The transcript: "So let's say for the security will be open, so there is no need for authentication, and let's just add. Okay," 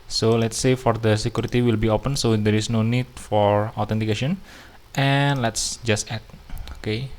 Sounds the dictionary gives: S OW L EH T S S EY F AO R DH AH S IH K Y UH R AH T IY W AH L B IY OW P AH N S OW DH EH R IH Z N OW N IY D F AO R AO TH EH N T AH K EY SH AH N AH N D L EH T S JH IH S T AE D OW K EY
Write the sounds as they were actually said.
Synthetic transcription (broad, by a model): S OW L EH T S S EY F AO R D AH S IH K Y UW R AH T IY W AH L B IY OW P AH N S OW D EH R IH S N OW N IY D F AO R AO T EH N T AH K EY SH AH N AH N L EH T S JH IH S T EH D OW K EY